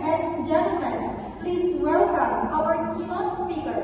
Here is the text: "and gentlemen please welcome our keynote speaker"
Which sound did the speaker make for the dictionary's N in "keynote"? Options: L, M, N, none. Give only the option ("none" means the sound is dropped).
none